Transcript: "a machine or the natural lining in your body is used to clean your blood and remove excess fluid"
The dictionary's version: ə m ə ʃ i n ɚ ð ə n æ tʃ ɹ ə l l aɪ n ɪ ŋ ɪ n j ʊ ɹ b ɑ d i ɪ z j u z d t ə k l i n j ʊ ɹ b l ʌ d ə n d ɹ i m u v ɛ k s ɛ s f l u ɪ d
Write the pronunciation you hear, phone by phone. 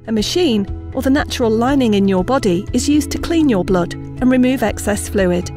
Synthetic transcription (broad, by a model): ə m ə ʃ i n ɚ ð ə n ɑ tʃ ɹ ə l l aɪ n ɪ ŋ ɪ n j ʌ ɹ b ɑ d i ɪ z j u z t ə k l i n j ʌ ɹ b l ʌ d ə n ɹ i m u v ɛ k s ɛ s f l u ɪ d